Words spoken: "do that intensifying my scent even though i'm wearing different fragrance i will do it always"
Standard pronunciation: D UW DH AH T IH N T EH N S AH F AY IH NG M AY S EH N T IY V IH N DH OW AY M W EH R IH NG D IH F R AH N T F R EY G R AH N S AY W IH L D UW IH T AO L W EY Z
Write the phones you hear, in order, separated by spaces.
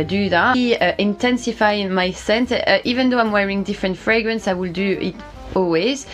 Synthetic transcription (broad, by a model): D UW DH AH T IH N T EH N S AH F AY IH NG M AY S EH N T IY V IH N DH OW AY M W EH R IH NG D IH F R AH N T F R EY G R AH N S AY W IH L D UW IH T AO L W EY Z